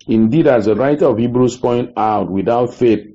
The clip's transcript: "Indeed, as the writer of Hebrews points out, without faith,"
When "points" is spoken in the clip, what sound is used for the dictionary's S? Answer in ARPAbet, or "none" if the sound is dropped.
none